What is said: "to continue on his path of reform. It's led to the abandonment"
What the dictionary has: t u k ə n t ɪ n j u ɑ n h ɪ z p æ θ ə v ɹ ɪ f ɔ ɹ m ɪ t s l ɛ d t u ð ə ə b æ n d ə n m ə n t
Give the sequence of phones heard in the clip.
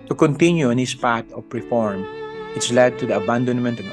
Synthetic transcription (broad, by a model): t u k ə n t ɪ n j u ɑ n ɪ s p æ t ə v ɹ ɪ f ɔ ɹ m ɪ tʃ l ɛ d t u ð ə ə b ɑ n d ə n m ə n t